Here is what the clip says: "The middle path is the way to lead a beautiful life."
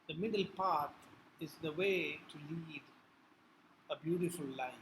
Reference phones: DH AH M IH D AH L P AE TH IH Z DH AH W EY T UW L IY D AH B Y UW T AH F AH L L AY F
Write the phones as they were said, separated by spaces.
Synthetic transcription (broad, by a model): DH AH M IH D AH L P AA T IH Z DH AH W EY T UW L IY D AH B Y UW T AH F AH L L AY